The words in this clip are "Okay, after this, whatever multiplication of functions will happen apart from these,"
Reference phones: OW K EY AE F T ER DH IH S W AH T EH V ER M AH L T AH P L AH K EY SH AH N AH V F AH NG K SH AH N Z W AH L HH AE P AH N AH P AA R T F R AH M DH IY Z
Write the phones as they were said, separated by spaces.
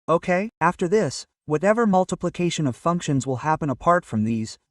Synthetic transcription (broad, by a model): OW K EY AE F T ER DH IH S W AH T EH V ER M AH L T AH P L AH K EY SH AH N AH V F AH NG K SH AH N Z W AH L HH AE P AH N AH P AA R T F R AH M DH IY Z